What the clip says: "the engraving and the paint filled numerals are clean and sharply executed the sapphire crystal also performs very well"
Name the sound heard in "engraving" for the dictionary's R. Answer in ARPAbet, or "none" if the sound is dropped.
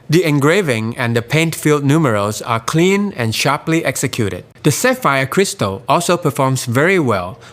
R